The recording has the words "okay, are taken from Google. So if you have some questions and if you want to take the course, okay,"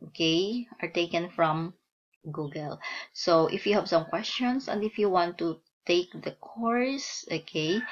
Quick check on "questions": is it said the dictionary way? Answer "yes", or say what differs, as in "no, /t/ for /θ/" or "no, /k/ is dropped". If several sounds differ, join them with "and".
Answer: no, /s/ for /z/